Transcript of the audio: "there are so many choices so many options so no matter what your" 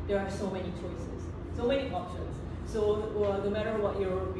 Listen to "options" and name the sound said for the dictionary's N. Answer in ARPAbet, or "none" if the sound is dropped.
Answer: none